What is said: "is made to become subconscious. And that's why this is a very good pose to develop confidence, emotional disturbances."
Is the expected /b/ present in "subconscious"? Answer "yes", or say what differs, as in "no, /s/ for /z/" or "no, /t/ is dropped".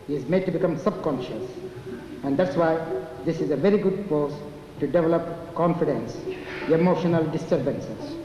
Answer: yes